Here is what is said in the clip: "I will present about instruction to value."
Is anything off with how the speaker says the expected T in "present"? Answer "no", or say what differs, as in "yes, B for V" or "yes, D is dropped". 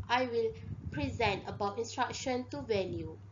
no